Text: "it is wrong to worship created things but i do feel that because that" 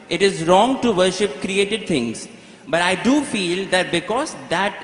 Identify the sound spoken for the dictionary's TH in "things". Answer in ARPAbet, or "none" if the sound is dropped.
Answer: T